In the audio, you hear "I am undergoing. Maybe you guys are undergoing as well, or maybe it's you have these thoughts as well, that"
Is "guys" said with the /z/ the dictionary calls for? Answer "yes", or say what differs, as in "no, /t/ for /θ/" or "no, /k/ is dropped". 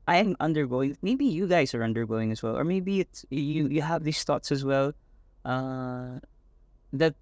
yes